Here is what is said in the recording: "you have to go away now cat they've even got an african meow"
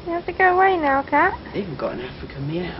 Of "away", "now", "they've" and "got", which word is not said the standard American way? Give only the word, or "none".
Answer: they've